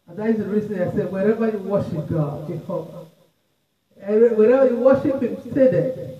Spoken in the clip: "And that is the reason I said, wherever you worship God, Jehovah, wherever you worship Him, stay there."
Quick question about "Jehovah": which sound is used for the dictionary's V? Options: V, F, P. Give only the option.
P